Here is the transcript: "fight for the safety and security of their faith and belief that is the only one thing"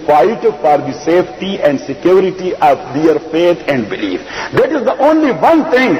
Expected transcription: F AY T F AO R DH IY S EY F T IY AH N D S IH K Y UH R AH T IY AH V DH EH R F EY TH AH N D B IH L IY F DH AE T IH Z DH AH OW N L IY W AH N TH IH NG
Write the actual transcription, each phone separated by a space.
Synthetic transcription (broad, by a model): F AY T F AO R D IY S EY F T IY AH N D S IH K Y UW R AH T IY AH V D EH R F EY T AH N D B IH L IY F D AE T IH Z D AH OW N L IY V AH N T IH NG